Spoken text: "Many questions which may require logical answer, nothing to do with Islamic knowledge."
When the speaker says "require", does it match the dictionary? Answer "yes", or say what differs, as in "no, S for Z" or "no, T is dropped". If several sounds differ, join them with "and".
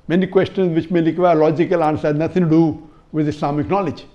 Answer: no, L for R